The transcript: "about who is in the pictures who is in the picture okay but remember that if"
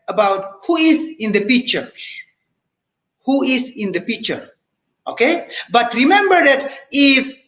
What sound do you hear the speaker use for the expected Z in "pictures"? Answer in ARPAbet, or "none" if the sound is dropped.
none